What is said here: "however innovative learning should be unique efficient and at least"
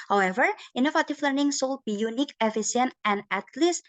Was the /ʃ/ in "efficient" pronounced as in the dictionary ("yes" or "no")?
no